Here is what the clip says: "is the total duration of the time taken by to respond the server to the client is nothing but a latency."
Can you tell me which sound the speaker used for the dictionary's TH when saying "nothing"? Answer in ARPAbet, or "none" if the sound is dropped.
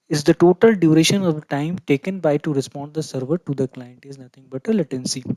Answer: T